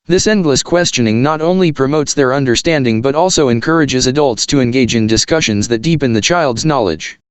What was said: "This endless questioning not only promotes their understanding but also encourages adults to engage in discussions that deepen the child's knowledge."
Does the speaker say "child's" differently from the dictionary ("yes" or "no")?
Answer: no